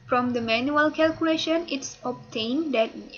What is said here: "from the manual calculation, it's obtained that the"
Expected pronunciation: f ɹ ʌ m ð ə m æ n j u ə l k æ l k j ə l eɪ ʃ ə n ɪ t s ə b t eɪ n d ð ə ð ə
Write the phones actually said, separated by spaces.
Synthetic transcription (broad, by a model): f ɹ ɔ m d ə m æ n j u ə l k æ l k j ə l eɪ ʃ ə n ɪ t s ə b t eɪ n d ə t